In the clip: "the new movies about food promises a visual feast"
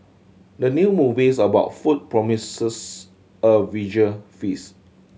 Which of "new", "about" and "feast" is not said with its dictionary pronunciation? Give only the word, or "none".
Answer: feast